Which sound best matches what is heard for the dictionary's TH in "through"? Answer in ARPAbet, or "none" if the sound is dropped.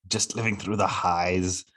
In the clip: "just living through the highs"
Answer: TH